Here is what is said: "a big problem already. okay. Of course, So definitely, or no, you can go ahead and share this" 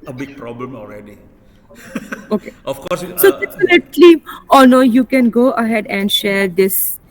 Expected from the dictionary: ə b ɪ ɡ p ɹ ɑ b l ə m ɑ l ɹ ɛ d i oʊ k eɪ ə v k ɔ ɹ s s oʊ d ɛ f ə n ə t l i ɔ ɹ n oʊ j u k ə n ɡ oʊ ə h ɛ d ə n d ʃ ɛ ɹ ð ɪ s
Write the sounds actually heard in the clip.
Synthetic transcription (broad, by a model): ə b ɪ ɡ p ɹ ɑ b l ə m ɑ l ɹ ɛ d i oʊ k eɪ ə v k ɔ ɹ s s oʊ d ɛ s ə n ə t l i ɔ l n oʊ j u k ə n ɡ oʊ ə h ɛ d ə n d ʃ ɛ ɹ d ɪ s